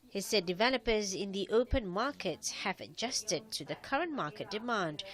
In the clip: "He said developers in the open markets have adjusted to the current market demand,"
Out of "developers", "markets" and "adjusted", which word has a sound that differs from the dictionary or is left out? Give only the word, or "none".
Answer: none